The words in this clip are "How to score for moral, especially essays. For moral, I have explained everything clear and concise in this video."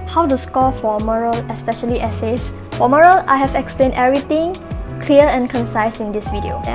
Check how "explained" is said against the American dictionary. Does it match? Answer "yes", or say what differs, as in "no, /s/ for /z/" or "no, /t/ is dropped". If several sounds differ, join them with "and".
yes